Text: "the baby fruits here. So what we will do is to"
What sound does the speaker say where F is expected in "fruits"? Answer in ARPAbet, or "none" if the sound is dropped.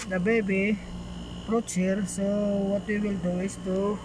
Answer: P